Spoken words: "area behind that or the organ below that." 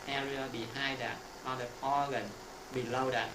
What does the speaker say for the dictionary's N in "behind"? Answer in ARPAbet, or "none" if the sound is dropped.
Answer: none